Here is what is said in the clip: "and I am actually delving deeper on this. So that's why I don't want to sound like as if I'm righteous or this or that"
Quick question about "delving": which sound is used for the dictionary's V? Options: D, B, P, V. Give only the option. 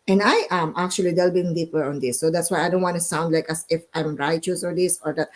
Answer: B